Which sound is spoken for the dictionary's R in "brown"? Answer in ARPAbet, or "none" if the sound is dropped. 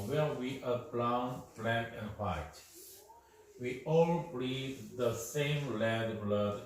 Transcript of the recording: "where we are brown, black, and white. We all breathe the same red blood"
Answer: L